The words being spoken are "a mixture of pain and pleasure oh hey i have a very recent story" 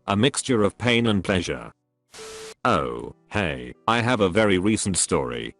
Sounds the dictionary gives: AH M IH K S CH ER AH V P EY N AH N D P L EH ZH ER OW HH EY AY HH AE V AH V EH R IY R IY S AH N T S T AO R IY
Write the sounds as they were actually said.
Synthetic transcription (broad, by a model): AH M IH K S CH ER AH V P EY N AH N P L EH ZH ER OW HH EY AY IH V AH V EH R IY R IY S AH N T S T AO R IY